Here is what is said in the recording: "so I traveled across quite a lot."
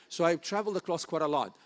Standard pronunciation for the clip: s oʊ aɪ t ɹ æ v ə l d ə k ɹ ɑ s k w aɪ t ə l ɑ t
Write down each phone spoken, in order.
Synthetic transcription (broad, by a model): s oʊ aɪ t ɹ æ v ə l d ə k l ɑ s k w aɪ t ə l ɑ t